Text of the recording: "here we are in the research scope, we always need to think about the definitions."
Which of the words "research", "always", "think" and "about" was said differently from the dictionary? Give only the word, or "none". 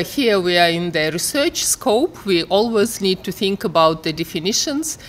none